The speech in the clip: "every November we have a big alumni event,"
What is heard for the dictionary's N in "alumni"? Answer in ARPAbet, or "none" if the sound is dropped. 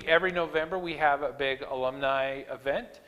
N